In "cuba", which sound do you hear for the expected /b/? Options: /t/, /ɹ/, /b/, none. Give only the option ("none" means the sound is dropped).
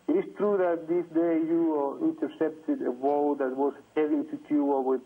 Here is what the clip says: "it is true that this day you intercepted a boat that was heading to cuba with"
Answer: none